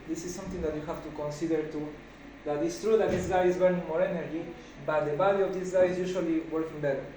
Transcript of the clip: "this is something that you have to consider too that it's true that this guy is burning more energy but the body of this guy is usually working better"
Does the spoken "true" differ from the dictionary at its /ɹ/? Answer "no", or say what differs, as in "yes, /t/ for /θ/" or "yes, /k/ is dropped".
no